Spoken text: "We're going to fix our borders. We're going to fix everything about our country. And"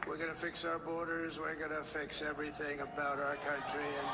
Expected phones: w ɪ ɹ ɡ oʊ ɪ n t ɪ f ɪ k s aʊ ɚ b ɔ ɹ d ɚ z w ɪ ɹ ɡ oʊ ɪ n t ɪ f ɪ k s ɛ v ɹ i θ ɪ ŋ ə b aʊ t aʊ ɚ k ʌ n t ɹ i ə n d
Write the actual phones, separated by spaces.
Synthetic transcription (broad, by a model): w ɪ ɹ ɡ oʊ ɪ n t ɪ f ɪ k s aʊ ɚ b ɔ ɹ d ɚ z w ɪ ɹ ɡ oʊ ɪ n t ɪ f ɪ k s ɛ v ɹ i θ ɪ ŋ ə b aʊ t aʊ ɚ k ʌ n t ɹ i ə n